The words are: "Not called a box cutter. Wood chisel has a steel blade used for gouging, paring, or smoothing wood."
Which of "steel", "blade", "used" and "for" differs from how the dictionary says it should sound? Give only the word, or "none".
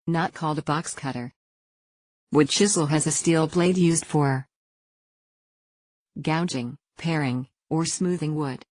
none